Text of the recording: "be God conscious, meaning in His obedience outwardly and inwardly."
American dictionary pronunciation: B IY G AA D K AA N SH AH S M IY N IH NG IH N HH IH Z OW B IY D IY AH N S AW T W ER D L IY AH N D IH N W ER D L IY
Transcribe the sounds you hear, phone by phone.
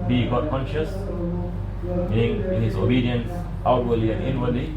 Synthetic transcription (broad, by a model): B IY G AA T K AA N SH AH S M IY IH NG IH N HH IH S OW B IY D IY AH N S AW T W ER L IY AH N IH N W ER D L IY